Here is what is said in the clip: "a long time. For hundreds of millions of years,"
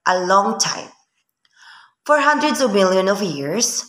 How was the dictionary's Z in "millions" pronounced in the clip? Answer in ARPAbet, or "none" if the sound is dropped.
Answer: none